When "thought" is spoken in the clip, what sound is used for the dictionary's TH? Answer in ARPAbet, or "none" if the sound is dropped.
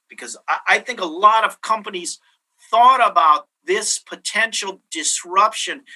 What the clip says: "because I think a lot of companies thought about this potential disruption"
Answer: TH